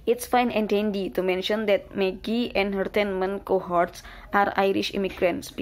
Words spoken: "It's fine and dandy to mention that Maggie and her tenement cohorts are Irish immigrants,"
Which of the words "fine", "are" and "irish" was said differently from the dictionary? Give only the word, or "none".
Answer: none